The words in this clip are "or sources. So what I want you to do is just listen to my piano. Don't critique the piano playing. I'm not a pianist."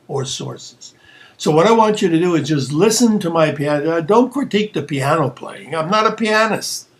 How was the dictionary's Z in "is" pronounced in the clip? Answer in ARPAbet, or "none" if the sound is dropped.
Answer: Z